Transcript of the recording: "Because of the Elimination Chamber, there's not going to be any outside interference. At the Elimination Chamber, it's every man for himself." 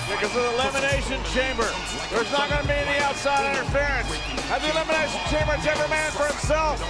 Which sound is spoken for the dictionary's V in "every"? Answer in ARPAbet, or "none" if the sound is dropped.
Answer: B